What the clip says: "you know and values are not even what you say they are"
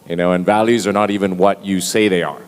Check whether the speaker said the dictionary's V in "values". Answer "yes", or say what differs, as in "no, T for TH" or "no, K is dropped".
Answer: yes